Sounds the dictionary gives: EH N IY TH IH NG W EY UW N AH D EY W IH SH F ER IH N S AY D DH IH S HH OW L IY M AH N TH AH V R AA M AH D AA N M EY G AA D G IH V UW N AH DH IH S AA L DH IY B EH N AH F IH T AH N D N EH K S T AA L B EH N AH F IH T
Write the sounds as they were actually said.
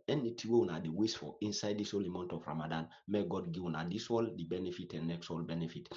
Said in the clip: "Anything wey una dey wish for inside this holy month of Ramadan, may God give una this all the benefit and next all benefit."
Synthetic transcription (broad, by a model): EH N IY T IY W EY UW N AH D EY W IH S F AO IH N S AY D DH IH S HH OW L IY M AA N T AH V R AA M AH D AA N M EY G AA D G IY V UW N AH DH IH S AA L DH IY B EH N AH F IH T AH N N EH K S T AA L B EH N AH F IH T